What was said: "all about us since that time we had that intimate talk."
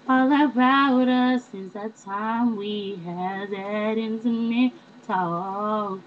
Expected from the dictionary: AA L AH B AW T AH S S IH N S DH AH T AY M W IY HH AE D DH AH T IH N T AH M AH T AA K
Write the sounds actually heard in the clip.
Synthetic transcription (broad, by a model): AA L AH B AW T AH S S IH N S DH AH T AY M W IY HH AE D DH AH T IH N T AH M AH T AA